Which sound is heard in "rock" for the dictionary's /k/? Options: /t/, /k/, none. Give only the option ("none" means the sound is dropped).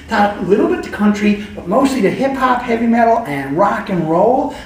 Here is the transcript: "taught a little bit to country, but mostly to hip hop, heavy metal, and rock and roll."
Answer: /k/